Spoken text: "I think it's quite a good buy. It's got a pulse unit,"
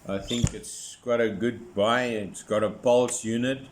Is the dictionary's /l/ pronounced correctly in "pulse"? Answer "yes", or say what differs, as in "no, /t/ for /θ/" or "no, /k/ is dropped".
yes